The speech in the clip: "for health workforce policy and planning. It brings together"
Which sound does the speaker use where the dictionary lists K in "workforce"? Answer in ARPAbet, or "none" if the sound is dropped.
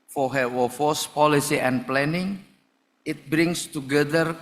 none